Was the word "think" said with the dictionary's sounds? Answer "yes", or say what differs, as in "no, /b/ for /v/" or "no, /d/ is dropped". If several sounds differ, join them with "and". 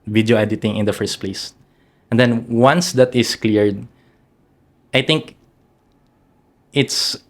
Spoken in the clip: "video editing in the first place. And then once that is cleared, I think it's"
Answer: no, /t/ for /θ/